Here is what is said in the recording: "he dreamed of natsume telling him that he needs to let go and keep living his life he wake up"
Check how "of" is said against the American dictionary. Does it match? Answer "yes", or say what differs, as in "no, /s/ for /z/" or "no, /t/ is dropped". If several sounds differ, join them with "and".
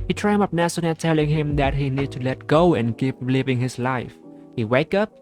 no, /p/ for /v/